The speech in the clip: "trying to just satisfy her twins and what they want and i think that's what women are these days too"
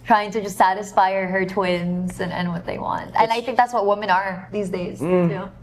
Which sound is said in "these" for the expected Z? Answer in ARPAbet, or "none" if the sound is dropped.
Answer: Z